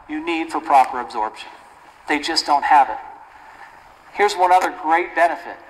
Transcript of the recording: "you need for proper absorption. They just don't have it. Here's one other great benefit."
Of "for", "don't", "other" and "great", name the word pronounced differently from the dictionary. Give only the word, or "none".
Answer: none